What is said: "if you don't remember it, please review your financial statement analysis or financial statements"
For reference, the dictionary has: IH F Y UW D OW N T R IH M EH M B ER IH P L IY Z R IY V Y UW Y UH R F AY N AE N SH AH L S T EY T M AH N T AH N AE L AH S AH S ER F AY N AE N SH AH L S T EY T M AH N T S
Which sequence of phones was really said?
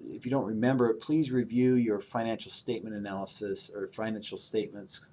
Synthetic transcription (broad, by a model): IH F Y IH D OW N T R IH M EH M B ER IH P L IY Z R IY V Y UW Y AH R F AY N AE N SH L S T EY T M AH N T AH N AE L AH S AH S ER F AY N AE N SH L S T EY T M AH N T S